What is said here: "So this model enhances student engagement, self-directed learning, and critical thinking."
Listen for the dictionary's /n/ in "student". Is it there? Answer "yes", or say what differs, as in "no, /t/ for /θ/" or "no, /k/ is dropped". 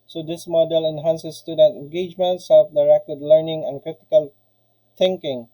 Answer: no, /n/ is dropped